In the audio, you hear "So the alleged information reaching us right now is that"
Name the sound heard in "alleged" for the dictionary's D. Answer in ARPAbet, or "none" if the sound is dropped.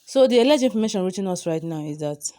none